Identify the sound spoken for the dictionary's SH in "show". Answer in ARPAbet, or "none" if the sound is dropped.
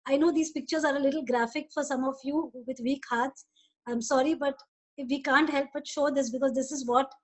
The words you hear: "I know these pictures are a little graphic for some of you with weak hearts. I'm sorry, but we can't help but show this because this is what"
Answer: SH